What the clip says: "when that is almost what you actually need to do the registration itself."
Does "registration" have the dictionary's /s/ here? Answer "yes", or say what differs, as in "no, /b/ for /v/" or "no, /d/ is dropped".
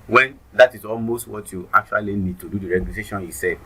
no, /s/ is dropped